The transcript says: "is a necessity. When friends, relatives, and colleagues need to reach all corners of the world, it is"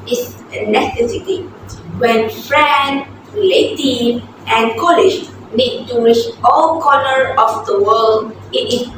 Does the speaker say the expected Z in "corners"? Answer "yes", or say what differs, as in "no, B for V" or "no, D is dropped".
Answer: no, Z is dropped